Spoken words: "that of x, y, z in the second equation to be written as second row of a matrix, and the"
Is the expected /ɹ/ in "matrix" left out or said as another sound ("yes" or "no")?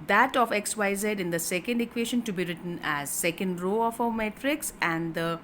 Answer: no